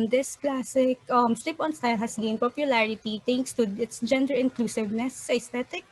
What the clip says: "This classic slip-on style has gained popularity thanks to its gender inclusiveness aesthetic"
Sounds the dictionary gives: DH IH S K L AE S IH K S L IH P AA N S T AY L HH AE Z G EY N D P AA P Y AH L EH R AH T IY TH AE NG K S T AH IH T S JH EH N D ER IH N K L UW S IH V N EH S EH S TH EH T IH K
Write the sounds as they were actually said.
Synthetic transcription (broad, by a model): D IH S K L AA S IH K S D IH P AA N S T AY L HH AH S G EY N P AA P Y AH L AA R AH T IY T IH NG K S T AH IH T S JH EH N D ER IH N K L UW S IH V N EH S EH S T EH T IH K